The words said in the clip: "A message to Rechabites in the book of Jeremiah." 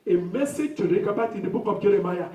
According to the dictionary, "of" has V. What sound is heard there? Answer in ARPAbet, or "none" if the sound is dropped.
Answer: P